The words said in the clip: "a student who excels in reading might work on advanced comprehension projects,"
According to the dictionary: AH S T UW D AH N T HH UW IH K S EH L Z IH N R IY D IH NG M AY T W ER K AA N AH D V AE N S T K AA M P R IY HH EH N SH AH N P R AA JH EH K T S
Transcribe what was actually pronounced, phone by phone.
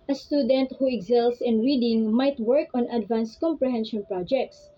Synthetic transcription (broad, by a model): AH S T UW D AH N T HH UW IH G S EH L S IH N R IY D IH NG M AY T W ER K AA N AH D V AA N S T K AA M P R IY HH EH N SH AH N P R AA JH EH K T S